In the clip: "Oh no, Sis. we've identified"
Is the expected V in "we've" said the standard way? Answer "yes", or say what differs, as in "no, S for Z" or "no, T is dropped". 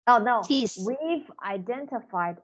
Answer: yes